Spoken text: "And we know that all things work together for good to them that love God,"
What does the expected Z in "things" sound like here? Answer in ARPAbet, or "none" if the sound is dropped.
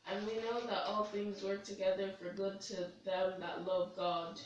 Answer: Z